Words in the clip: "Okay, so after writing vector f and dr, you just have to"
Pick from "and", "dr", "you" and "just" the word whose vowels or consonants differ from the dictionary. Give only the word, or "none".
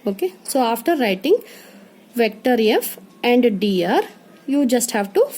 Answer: dr